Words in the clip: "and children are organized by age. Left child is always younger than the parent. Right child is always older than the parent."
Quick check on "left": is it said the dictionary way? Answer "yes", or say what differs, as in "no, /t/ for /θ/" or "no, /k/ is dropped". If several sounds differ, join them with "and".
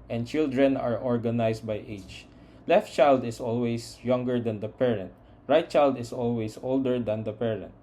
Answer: yes